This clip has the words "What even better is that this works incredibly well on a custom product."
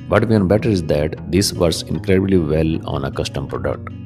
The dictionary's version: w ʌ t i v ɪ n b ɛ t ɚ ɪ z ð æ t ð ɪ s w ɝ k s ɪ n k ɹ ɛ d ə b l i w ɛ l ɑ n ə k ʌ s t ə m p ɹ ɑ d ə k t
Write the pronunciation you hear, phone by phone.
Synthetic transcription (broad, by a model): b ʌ t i ɪ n b ɛ t ɚ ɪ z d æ t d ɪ s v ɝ s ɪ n k ɹ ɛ d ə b l i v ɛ l ɑ n ə k ʌ s t ə m p ɹ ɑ d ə k t